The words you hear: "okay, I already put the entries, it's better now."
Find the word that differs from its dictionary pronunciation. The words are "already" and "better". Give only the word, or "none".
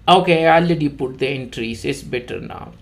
already